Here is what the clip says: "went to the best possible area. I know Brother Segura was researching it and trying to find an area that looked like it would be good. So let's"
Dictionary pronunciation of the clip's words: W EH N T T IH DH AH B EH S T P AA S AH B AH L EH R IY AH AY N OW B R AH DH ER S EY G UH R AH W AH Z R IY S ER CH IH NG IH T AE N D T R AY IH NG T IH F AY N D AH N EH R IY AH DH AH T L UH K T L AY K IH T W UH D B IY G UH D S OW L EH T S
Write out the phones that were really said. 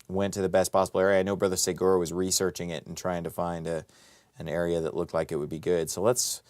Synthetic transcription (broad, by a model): W EH N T T IH DH AH B EH S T P AA S AH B L EH R IY AH AY N OW B R AH DH ER S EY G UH R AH W AH Z R IY S ER CH IH NG IH T N T R AY IH NG T IH F AY N D AH N EH R IY AH DH AH T L UH K T L AY K IH T W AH D B IY G UH D S OW L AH T S